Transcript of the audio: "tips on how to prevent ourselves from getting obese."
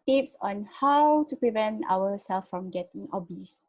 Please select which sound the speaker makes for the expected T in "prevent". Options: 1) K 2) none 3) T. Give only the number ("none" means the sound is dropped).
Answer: 3